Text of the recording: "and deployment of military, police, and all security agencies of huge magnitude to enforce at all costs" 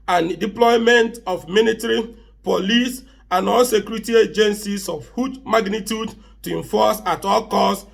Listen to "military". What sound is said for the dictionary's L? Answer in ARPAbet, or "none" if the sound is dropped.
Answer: N